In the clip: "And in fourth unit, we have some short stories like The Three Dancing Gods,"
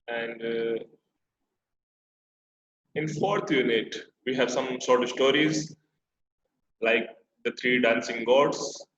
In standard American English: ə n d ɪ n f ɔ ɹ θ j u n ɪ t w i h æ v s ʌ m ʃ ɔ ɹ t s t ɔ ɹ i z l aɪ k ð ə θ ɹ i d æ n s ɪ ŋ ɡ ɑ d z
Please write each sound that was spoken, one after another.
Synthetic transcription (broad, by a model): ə n d ɪ n f ɔ ɹ t j u n ɪ t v i h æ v s ʌ m s ɔ ɹ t s t ɔ ɹ i z l aɪ k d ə t ɹ i d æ n s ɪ ŋ ɡ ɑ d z